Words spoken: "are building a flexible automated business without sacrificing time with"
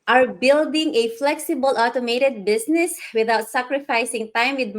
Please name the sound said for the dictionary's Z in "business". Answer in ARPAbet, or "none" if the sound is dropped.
S